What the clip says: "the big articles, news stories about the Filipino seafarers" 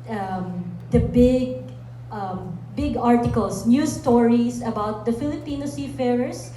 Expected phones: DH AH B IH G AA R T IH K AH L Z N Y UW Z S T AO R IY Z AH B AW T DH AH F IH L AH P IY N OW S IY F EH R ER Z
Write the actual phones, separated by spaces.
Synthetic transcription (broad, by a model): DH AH B IH G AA R T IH K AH L S N Y UW S T AO R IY S AH B AW T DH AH F IH L AH P IY N OW S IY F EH R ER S